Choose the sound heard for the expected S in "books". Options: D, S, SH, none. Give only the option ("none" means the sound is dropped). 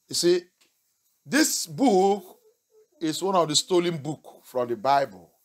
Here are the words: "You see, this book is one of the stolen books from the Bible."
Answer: none